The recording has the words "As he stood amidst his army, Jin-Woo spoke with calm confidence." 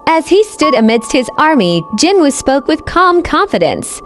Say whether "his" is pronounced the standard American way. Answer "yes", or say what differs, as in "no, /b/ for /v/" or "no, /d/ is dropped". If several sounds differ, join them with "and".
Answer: yes